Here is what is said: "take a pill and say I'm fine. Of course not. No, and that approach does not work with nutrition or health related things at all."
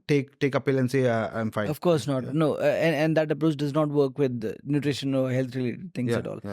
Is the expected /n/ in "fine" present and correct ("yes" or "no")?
no